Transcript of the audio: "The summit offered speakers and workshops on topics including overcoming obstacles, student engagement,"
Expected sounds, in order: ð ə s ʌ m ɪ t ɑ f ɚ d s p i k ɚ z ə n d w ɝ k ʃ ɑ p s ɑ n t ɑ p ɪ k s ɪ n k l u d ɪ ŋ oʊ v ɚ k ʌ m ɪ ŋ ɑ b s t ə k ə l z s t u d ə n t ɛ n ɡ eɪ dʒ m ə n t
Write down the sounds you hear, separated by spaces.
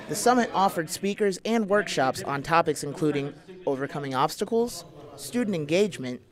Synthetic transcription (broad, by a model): ð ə s ʌ m ɪ t ɑ f ɚ d s p i k ɚ z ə n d w ɝ k ʃ ɑ p s n t ɑ p ɪ k s ɪ n k l u d ɪ ŋ oʊ v ɚ k ʌ m ɪ ŋ ɑ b s t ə k l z s t u d n t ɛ n ɡ eɪ dʒ m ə n t